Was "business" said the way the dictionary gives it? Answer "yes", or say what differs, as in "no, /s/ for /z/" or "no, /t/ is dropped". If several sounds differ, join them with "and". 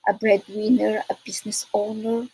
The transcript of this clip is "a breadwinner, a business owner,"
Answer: no, /s/ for /z/